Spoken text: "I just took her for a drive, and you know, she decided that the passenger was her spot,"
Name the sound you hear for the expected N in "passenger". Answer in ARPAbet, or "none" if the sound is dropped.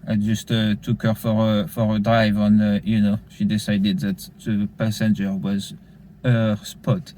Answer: N